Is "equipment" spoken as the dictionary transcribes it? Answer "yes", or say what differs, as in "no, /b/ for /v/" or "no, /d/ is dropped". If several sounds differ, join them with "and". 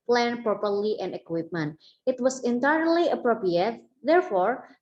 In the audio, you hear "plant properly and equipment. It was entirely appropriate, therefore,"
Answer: yes